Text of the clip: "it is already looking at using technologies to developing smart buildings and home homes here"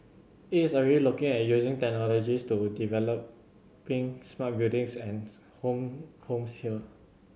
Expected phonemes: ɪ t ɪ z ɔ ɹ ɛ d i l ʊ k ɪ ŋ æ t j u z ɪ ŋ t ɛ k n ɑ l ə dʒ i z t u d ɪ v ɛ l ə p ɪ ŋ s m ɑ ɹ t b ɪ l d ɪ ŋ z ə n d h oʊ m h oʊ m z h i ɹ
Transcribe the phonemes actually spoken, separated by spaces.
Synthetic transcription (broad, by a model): ɪ t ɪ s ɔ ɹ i l ʊ k ɪ ŋ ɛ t j u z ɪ ŋ t ɛ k n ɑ l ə dʒ i s t u d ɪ v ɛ l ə p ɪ ŋ s m ɑ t b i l d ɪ ŋ s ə n h oʊ m h oʊ m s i l